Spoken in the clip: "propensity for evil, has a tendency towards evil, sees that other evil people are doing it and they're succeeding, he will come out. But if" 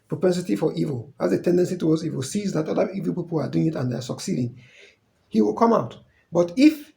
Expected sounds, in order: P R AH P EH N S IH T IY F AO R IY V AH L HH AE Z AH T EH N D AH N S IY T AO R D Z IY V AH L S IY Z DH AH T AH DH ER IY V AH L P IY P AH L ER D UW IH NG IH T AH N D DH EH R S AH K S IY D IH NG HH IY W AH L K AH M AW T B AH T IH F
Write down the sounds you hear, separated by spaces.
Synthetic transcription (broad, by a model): P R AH P EH N S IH T IY F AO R IY V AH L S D AH T EH N D AH N S IY T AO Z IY W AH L S IY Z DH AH T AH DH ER IY V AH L P IY P AH L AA D UW IH NG IH T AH N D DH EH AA S AH K S IY D IH NG HH IY W AH L K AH M AW T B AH T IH F